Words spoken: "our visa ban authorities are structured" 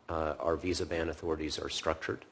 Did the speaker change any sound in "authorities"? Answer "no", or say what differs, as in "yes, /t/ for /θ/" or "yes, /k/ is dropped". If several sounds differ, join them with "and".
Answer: no